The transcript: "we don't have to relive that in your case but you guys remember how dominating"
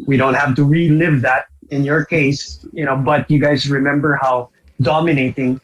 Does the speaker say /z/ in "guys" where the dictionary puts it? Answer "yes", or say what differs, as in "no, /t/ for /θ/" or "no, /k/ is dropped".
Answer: yes